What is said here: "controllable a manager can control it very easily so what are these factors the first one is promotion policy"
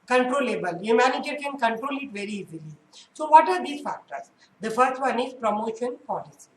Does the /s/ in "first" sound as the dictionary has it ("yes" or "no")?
no